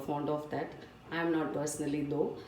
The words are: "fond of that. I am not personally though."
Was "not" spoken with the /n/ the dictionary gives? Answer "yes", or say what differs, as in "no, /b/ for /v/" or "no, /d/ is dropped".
yes